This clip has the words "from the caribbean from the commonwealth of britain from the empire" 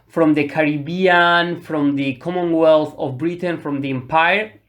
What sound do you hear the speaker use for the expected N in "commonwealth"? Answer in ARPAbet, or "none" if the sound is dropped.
N